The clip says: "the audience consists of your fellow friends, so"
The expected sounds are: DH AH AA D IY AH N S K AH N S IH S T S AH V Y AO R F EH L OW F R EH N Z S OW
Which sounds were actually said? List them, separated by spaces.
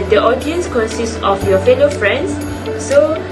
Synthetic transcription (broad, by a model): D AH AA D IY AH N S K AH N S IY S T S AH F Y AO F EH L OW F R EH N S OW